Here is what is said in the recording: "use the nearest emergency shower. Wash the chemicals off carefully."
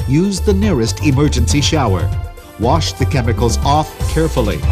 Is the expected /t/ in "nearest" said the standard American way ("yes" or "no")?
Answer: yes